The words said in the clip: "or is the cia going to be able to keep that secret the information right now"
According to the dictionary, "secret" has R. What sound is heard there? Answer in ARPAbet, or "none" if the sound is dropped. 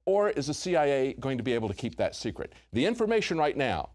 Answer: R